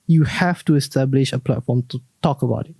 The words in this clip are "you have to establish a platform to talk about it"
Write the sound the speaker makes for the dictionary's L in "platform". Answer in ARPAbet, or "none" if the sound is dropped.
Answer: L